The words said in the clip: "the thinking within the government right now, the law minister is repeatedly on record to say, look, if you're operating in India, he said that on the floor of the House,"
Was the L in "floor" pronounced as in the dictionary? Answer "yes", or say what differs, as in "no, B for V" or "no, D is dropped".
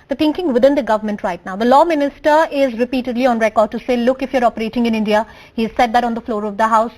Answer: yes